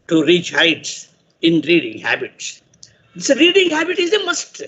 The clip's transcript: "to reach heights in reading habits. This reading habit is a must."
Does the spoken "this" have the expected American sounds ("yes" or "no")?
no